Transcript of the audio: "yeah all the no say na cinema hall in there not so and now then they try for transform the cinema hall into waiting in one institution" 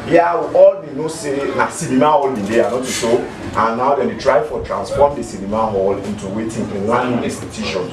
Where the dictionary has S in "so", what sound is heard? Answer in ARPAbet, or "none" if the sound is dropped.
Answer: SH